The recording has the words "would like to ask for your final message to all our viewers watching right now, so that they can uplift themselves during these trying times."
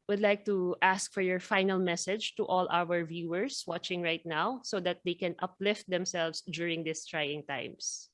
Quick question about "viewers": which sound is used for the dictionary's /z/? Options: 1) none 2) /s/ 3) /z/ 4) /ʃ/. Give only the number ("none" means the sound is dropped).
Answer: 2